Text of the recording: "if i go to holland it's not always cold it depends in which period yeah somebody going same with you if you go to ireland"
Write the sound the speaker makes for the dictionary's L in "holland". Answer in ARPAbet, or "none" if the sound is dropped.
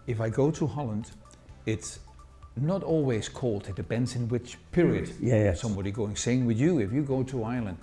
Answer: L